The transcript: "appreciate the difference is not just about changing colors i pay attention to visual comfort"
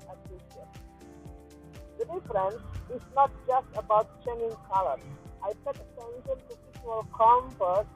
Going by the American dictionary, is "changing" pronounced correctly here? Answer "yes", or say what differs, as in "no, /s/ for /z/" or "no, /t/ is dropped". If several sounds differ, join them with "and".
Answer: no, /dʒ/ is dropped